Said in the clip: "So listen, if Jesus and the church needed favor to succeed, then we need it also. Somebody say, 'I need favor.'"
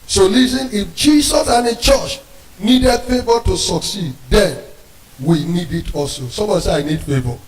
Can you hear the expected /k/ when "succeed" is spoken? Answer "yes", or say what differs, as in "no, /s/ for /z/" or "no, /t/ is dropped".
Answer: yes